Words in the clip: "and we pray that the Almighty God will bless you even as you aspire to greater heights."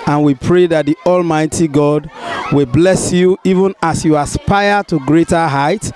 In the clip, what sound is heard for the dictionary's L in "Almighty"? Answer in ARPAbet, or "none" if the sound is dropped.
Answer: L